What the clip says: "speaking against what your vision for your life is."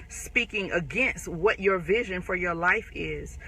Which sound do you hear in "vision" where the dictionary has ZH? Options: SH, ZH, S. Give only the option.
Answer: ZH